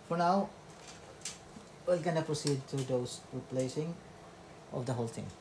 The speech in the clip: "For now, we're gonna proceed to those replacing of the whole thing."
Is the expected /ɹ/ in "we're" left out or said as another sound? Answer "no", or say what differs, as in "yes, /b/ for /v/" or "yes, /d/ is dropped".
yes, /l/ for /ɹ/